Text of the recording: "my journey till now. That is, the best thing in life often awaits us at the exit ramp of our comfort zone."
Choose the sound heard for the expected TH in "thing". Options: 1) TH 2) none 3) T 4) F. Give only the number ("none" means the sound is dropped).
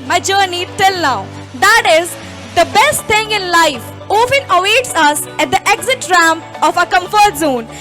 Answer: 3